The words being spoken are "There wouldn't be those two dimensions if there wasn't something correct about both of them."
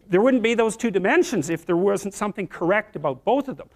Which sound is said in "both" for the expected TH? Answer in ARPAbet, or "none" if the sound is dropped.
TH